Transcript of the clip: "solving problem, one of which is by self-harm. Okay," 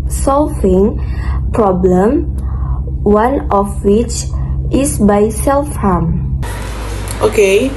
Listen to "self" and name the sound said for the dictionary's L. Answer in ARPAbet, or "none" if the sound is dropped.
L